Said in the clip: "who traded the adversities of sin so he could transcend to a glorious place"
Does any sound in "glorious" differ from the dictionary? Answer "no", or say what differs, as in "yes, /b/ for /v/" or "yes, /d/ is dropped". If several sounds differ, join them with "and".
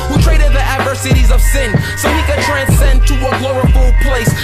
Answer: yes, /ɹ/ is dropped